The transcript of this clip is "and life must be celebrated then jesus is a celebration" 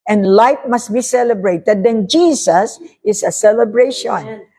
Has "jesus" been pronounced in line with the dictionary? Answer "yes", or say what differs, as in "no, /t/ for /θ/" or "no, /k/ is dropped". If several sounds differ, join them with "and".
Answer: no, /s/ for /z/